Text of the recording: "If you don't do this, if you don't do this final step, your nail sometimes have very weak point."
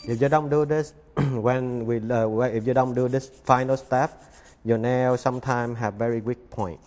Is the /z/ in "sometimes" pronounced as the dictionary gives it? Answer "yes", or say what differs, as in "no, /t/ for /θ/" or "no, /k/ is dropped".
no, /z/ is dropped